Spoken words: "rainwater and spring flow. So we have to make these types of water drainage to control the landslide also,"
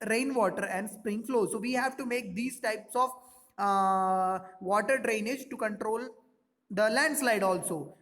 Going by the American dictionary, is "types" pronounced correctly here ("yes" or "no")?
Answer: yes